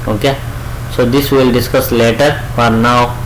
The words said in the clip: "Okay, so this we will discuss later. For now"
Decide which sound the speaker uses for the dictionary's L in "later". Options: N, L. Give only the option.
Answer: L